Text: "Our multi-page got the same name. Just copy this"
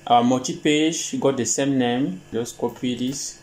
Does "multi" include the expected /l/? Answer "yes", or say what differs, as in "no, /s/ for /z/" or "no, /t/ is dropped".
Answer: no, /l/ is dropped